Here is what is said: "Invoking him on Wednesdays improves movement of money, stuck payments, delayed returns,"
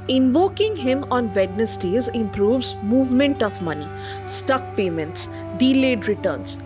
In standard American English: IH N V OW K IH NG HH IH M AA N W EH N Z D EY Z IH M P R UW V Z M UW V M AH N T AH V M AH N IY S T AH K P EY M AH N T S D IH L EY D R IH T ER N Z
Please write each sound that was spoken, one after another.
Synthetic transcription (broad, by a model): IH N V OW K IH NG HH IH M AA N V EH N S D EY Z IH M P R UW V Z M UW V M AH N T AH V M AH N IY S T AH K P EY M AH N T S D IH L EY D R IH T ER N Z